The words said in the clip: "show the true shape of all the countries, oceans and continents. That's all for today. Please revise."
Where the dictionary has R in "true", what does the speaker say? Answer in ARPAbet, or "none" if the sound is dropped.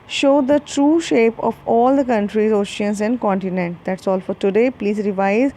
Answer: R